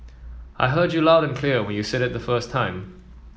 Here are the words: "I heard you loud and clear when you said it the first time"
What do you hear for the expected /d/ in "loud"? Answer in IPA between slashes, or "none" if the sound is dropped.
/d/